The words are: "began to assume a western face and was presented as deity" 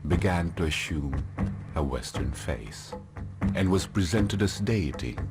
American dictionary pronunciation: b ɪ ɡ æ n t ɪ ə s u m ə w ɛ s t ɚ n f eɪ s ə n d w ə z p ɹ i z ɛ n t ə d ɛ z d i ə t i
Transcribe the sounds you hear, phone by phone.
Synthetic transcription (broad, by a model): b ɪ ɡ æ n t ɪ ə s u m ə w ɛ s t ɚ n f eɪ s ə n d w ə z p ɹ i z ɛ n t ə d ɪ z d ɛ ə t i